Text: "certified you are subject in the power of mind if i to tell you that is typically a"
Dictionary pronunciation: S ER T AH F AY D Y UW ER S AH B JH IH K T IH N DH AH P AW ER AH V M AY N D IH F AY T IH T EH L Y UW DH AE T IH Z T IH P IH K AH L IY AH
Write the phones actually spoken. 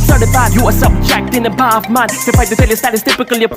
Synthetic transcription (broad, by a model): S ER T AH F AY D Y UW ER S AH B JH IH K T IH N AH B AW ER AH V M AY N IH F AY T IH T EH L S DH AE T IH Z T IH P IH K AH L IY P